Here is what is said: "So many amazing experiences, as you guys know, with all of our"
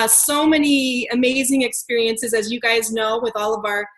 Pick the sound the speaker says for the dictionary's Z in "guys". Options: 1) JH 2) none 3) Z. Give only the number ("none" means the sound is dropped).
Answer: 3